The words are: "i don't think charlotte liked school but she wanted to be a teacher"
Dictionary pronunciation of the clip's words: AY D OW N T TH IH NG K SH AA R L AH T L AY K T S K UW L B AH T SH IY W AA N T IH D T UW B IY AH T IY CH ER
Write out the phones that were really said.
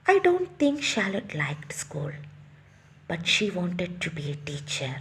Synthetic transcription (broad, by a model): AY D OW N T T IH NG K SH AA L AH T L AY K T S K UW L B AH T SH IY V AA N T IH D T UW B IY AH T IY CH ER